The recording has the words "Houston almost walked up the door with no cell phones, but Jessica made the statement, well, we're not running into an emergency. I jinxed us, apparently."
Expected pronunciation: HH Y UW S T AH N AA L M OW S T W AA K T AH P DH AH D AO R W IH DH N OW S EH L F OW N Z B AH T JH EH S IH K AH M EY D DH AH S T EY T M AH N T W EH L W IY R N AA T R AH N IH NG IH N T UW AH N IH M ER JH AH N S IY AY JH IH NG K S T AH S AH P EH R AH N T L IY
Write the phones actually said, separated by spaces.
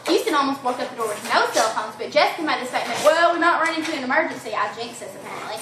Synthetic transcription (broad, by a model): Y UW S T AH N AA L M OW S T W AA K AH P DH AH D AO R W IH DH N OW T EH L F OW N Z B AH T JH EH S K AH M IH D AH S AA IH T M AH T W EH L W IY R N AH T R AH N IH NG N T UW AH N IH M ER JH AH N S IY AY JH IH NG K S AH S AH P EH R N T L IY